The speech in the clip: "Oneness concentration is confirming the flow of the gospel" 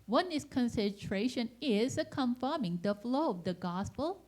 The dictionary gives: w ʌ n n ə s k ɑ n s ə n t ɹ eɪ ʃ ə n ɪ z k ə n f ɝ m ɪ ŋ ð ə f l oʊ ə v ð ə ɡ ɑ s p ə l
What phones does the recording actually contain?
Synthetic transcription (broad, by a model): w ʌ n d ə s k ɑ n s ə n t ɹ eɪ ʃ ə n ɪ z k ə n f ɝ m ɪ ŋ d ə f l oʊ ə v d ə ɡ ɑ s p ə l